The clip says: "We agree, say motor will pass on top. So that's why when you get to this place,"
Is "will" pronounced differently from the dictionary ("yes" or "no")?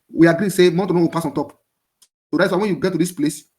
yes